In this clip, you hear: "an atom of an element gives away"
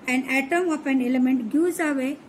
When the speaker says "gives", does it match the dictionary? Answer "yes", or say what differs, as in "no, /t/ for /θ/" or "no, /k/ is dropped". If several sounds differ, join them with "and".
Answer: no, /v/ is dropped